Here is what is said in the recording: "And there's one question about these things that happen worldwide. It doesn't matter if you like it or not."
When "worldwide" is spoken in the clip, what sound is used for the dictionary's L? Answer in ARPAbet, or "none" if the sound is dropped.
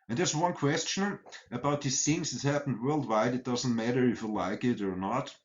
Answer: L